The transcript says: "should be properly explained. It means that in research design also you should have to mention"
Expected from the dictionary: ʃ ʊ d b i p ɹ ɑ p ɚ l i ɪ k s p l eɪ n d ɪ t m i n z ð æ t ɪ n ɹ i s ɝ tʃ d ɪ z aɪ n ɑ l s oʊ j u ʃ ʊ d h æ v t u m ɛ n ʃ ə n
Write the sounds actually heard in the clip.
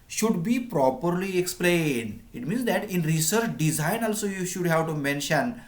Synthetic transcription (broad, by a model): ʃ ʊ d b i p ɹ ɑ p ɚ l i ɪ k s p l eɪ n d ɪ t m i n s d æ t ɪ n ɹ i s ɝ tʃ d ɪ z aɪ n ɑ l s oʊ j u ʃ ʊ d h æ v t u m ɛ n ʃ ə n